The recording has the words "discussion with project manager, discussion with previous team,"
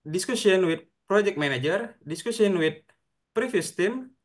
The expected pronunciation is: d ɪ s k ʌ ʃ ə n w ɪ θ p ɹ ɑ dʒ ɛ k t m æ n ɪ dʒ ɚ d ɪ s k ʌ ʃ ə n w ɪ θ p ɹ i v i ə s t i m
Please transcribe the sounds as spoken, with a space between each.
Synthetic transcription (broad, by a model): d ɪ s k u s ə n w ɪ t p ɹ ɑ dʒ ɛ k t m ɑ n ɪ dʒ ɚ d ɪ s k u s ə n w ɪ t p ɹ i f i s t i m